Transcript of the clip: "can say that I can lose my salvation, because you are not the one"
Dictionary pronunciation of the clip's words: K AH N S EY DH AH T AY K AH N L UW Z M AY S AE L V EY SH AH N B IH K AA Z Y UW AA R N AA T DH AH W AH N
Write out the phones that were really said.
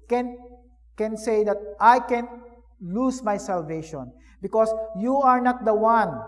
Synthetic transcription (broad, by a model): K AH N S EY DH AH T AY K AH N L UW S M AY S AE L V EY SH AH N B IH K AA S Y UW AA R N AA T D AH W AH N